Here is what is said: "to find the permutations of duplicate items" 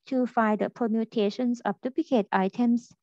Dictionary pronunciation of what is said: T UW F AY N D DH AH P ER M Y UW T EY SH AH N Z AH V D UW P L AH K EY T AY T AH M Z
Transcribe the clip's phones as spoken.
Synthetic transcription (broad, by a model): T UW F AY D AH P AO M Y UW T EY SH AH N S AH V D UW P L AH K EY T AY T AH M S